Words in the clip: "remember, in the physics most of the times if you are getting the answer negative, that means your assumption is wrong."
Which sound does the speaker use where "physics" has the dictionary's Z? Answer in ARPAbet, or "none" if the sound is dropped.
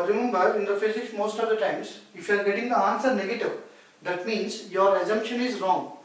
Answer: S